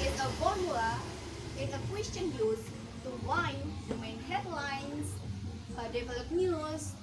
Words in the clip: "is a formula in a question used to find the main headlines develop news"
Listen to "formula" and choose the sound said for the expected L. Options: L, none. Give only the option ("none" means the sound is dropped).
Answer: none